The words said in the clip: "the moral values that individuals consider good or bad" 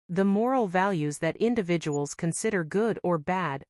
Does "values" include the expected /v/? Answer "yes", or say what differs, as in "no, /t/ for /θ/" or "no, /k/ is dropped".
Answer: yes